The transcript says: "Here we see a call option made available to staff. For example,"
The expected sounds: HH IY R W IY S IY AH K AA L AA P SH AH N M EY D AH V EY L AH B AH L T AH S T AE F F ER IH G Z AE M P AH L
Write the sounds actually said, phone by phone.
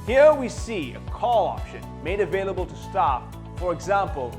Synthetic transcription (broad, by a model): HH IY R W IY S IY AH K AA L AA P SH AH N M EY D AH V EY L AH B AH L T AH S T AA P F ER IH G Z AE M P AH L